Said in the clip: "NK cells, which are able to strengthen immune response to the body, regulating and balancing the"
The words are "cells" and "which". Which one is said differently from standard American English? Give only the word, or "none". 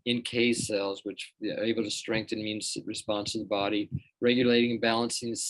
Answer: none